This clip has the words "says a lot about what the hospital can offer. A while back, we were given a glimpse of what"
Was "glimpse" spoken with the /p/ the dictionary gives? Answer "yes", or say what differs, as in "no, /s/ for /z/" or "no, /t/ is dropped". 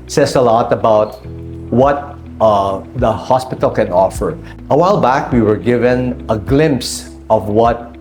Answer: yes